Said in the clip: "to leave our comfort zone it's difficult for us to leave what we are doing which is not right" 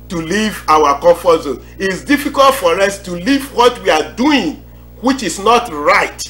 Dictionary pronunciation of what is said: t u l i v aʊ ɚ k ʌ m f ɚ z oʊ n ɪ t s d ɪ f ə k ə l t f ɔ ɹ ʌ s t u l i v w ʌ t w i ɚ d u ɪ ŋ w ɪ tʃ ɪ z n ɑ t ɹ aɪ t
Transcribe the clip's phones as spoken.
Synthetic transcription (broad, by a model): t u l i v aʊ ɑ k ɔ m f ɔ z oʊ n ɪ t s d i f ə k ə l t f ɔ ɹ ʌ s t u l i v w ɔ t w i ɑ d u ɪ ŋ w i tʃ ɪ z n ɑ t ɹ aɪ t